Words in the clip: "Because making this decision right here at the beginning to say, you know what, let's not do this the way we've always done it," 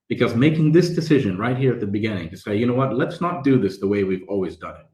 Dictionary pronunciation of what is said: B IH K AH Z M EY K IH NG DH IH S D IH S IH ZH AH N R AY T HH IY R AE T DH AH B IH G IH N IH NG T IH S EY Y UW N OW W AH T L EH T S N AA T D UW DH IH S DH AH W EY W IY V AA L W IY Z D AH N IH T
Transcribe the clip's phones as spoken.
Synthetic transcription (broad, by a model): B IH K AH Z M EY K IH NG DH IH S D IH S IH ZH AH N R AY T HH IY R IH T DH AH B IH G IH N IH NG T IH S EY Y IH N OW W AH T L EH T S N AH T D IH DH IH S DH AH W EY W IY V AA L W IY Z D AH N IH T